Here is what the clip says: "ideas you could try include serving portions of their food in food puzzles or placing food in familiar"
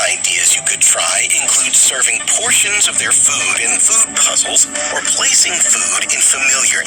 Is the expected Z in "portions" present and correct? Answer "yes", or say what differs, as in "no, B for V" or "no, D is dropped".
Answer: yes